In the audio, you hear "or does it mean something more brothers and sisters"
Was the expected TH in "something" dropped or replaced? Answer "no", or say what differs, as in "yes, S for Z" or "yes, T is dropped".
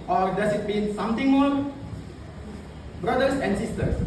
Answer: yes, T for TH